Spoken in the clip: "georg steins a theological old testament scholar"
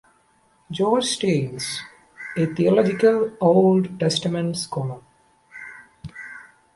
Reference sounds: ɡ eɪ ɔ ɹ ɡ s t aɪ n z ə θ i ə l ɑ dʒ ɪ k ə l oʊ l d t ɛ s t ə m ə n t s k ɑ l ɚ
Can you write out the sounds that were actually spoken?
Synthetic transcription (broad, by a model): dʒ ɔ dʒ s t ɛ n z ə t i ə l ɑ dʒ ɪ k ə l oʊ l d t ɛ s t ə m ə n t s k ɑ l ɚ